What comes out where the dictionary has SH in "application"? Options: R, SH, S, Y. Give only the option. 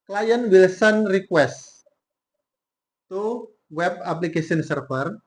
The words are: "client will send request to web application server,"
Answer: S